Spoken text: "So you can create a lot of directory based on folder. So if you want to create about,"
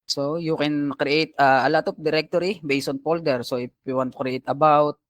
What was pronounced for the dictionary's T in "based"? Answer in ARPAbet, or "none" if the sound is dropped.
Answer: none